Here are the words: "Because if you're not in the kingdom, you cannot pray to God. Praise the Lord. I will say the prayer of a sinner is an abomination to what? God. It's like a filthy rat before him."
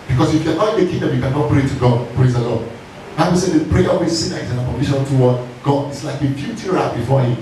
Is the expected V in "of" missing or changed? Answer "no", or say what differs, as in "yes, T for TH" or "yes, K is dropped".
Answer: yes, W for V